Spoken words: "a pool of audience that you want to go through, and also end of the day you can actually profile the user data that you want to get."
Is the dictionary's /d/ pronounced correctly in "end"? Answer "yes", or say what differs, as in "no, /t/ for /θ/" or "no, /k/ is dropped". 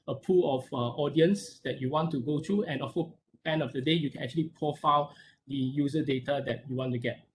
no, /d/ is dropped